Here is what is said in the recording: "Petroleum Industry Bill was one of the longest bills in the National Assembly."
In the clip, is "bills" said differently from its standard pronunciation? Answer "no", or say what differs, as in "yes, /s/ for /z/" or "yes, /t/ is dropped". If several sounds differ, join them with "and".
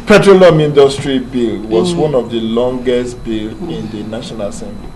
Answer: yes, /z/ is dropped